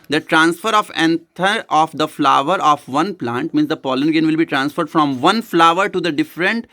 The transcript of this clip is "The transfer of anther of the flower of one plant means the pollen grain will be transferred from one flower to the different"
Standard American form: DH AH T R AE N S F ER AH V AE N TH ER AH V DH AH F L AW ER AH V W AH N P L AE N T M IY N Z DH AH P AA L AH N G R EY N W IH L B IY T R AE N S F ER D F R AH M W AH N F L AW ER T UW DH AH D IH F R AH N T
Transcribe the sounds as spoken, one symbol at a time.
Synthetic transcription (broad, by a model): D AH T R AE N S F ER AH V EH N T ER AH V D AH F L AW ER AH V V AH N P L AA N T M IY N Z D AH P AA L AH N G EY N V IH L B IY T R AE N S F ER D F R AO M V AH N F L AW ER T UW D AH D IH F R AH N T